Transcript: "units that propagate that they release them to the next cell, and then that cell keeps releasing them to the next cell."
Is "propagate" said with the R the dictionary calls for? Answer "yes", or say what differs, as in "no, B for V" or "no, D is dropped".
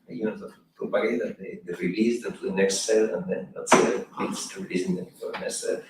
no, R is dropped